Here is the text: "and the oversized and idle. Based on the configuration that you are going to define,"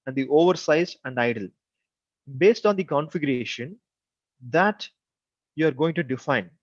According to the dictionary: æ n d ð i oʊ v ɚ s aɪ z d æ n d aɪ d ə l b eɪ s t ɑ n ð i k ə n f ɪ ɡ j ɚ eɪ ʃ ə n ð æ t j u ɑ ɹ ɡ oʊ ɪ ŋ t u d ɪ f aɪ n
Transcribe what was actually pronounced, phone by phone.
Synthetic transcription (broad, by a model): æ n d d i oʊ v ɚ s aɪ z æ n d aɪ d ə l b eɪ s t ɑ n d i k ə n f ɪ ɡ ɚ eɪ ʃ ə n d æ t j u ɑ ɹ ɡ oʊ ɪ ŋ t u d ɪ f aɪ n